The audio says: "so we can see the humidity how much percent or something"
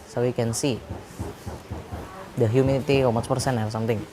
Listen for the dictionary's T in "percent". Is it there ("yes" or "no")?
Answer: no